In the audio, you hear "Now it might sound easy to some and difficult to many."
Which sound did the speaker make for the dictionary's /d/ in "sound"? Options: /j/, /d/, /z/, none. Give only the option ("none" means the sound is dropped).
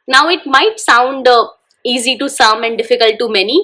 /d/